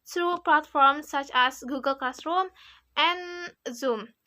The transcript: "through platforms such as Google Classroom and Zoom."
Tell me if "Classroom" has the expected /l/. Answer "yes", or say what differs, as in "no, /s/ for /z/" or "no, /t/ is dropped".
no, /l/ is dropped